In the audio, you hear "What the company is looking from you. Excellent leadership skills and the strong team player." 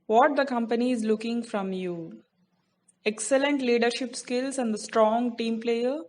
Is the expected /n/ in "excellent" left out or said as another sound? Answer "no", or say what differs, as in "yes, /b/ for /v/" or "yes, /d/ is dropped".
no